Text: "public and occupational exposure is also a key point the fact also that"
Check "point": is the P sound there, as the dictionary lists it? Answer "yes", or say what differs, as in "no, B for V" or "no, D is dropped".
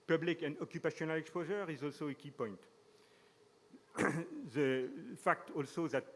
yes